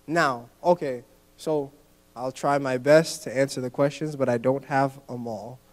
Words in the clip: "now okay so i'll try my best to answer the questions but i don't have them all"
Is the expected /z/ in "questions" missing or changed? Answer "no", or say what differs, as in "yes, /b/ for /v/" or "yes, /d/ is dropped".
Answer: no